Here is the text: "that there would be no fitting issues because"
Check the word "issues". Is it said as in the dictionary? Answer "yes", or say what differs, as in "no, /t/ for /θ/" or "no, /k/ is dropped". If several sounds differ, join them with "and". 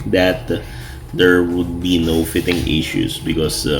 no, /s/ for /z/